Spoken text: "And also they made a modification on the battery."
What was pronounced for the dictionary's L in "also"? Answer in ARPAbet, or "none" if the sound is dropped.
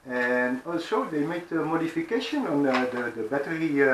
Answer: L